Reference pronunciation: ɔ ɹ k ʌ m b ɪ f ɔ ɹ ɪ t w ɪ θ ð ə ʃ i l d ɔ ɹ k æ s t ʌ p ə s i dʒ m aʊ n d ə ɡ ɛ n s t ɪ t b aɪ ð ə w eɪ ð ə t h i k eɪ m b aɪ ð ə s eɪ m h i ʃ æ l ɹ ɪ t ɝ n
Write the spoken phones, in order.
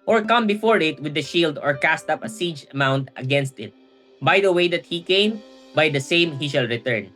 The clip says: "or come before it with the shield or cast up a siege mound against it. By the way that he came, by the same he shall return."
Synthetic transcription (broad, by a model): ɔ ɹ k ʌ m b ɪ f ɔ ɹ ɪ t w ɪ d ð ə ʃ i l d ɔ ɹ k æ s t ʌ p ə s i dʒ m aʊ n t ə ɡ ɛ n s t ɪ t b aɪ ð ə w eɪ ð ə t h i k eɪ m b aɪ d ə s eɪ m h i ʃ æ l ɹ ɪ t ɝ n